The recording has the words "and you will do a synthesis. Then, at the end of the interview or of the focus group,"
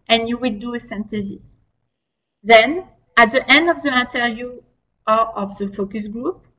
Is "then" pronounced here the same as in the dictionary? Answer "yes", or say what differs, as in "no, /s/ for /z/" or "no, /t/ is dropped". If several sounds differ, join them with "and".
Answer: yes